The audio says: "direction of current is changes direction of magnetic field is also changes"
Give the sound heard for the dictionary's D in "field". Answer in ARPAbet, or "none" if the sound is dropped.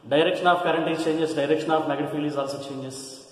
none